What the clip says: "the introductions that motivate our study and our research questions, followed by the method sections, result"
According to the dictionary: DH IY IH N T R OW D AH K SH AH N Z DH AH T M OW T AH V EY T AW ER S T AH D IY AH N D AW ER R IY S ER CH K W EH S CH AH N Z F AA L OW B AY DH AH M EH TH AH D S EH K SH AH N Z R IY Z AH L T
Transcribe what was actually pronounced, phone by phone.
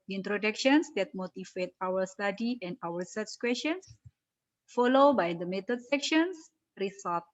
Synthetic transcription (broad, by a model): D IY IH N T R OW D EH K SH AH N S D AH T M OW T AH F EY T AW ER S T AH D IY AH N D AW ER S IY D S K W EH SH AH N S F AA L OW B AY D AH M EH T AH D S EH K SH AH N S R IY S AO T